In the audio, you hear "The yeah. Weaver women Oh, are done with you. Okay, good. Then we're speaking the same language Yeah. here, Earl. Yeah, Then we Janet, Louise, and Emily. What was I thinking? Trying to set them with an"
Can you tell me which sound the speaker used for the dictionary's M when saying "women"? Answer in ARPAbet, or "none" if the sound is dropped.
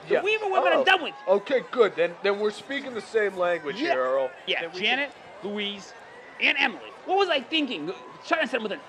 none